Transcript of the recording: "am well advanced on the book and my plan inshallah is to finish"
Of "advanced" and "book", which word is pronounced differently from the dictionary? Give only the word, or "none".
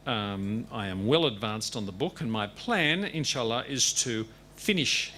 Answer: none